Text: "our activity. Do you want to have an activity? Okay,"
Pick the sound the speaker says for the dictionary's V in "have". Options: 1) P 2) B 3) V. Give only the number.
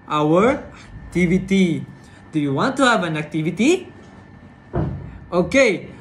3